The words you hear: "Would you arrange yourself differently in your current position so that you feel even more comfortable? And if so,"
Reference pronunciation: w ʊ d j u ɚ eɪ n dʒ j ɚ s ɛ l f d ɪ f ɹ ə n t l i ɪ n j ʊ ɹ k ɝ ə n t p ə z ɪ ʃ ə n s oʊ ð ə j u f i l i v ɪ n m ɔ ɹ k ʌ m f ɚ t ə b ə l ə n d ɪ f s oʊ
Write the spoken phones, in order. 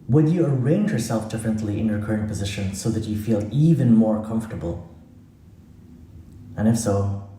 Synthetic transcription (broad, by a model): w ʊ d j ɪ ɚ eɪ n dʒ j ɚ s ɛ l f d ɪ f ɹ ə n t l i ɪ n j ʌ ɹ k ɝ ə n p ə z ɪ ʃ ə n s oʊ ð ə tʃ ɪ f i l i v ɪ n m ɔ ɹ k ʌ m f t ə b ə l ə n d ɪ f s oʊ